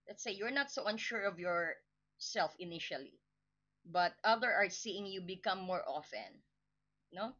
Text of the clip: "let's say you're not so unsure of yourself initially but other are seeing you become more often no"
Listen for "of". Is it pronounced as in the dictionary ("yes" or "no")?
yes